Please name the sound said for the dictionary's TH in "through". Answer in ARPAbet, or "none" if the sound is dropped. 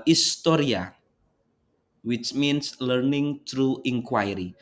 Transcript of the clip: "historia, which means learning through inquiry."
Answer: T